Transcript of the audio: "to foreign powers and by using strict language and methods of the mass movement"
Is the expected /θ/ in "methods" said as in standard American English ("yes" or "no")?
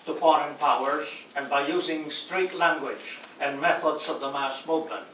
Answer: yes